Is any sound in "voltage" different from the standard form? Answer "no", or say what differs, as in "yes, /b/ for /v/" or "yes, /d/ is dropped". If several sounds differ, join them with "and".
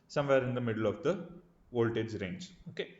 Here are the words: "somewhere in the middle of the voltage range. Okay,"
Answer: no